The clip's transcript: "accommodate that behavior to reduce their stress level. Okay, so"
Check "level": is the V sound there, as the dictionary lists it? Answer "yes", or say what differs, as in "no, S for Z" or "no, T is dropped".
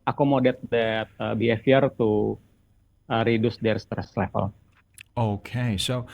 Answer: no, P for V